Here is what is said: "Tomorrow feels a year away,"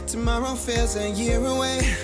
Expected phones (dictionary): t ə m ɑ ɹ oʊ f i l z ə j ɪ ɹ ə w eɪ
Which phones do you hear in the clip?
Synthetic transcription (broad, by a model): t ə m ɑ ɹ oʊ f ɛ z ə j ɪ ɹ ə w eɪ